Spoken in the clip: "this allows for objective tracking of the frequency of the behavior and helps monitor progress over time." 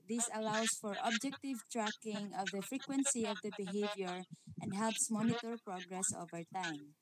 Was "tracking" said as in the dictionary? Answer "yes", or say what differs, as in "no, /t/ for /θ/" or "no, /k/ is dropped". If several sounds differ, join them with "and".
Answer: yes